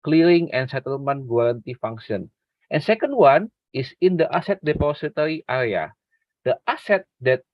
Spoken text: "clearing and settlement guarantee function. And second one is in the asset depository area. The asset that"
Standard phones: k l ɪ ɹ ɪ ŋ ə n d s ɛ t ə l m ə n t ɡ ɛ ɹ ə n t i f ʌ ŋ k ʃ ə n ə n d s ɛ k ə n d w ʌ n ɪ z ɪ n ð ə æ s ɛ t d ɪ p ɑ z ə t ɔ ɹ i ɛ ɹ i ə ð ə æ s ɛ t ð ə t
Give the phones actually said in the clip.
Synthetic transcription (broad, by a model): k l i ɹ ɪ ŋ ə n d s ɛ t ə l m ə n t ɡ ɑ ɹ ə n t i f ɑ ŋ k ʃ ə n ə n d s ɛ k ə n d w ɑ n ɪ s ɪ n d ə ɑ s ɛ t d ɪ p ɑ s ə t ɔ ɹ i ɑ ɹ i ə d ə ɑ s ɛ t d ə t